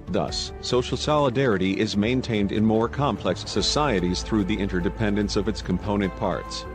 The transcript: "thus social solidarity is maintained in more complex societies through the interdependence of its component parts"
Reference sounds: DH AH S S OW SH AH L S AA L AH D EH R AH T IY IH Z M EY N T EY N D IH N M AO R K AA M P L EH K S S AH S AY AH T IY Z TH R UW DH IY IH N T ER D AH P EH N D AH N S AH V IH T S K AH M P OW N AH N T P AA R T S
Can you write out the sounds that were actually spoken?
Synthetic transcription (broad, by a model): DH AH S S OW SH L S AA L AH D EH R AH T IY IH Z M EY N T EY N D IH N M AO R K AA M P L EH K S S AH S AY AH T IY Z TH R UW DH IY IH N T ER D AH P EH N D AH N S AH V IH T S K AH M P OW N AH N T P AA R T S